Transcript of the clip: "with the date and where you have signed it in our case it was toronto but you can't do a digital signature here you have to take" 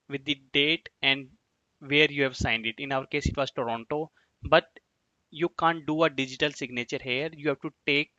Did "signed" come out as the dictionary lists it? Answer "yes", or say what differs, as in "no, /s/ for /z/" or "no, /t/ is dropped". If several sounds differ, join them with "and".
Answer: yes